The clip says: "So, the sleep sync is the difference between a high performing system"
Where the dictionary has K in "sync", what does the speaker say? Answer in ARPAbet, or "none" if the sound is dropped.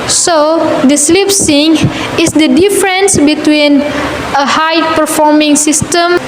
none